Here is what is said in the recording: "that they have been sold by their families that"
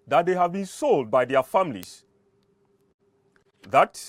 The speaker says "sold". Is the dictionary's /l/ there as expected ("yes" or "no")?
yes